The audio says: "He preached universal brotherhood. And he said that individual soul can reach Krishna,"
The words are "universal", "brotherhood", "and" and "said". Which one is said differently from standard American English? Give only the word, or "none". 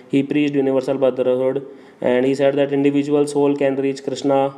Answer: brotherhood